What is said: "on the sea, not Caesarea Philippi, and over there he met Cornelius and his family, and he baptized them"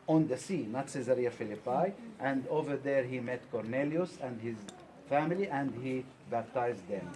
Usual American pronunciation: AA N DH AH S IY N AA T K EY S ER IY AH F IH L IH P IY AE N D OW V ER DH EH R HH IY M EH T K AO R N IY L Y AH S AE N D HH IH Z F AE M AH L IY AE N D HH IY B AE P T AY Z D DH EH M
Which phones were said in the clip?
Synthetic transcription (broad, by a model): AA N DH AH S IY N AA T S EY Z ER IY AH F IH L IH P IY AE N D OW V ER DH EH R HH IY M EH T K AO R N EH L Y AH S AE N D HH IH Z F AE M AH L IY AE N D HH IY B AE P T AY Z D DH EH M